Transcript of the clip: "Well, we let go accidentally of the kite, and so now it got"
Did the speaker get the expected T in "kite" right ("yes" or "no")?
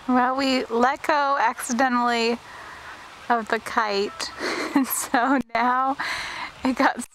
yes